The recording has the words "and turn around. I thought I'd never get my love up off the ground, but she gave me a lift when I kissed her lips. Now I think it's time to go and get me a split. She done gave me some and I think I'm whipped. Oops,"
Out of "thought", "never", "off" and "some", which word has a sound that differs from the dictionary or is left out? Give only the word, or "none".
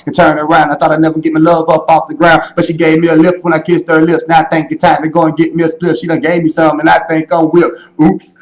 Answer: none